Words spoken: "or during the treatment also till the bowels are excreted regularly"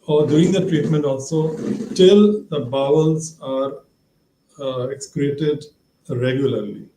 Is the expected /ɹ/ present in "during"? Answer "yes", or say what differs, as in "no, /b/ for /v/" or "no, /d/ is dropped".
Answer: no, /ɹ/ is dropped